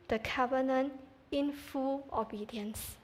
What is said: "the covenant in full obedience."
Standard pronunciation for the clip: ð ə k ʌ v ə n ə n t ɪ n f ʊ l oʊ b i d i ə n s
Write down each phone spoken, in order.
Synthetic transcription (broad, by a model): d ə k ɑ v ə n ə n ɪ n f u l oʊ b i d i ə n s